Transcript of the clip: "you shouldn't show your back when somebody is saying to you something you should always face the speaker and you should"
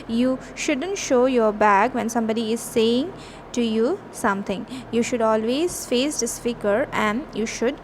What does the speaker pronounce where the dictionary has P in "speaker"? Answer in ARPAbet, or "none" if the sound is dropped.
F